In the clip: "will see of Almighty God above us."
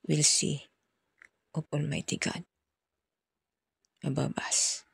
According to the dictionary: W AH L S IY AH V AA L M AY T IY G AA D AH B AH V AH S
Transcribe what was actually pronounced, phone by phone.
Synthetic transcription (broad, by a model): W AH L S IY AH P AA L M AY T IY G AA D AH B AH B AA S